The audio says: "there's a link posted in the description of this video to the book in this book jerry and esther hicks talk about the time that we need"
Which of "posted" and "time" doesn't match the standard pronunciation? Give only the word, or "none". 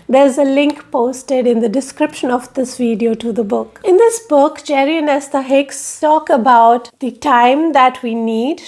none